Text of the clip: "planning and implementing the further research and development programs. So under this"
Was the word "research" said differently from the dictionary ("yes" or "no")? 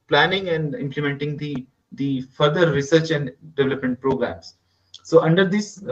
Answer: no